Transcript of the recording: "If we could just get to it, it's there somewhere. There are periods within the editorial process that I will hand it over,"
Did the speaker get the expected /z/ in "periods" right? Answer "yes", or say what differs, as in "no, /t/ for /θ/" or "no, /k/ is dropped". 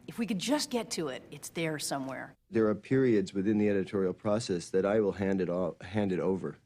yes